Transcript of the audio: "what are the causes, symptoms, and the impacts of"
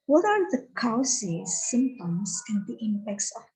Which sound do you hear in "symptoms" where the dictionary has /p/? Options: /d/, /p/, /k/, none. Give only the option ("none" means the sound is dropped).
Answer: none